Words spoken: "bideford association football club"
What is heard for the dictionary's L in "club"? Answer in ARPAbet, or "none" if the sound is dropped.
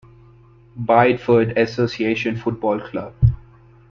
L